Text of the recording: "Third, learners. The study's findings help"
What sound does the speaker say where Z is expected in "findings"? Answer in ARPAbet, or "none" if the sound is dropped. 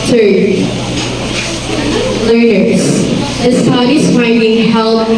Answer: none